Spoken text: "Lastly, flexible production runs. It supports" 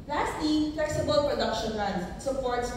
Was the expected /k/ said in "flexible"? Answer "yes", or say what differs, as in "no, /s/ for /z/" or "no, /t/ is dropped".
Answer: no, /k/ is dropped